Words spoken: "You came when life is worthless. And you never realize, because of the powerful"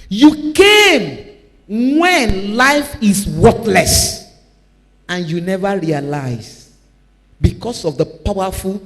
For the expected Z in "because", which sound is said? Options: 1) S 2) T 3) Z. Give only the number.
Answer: 1